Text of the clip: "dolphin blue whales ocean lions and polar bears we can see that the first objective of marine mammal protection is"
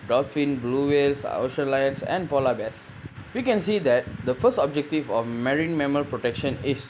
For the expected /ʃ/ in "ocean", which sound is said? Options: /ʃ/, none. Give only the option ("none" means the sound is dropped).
/ʃ/